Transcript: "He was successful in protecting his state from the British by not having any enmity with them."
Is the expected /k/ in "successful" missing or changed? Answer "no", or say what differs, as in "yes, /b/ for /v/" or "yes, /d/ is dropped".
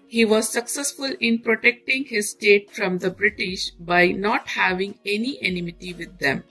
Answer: no